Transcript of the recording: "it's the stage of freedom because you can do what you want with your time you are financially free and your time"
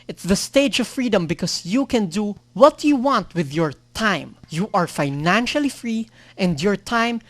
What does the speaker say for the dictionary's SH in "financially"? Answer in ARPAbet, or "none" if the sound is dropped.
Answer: SH